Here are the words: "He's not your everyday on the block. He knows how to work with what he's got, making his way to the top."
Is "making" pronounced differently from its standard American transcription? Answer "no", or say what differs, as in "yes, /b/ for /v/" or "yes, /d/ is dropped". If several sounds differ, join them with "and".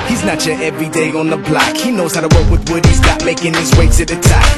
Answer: no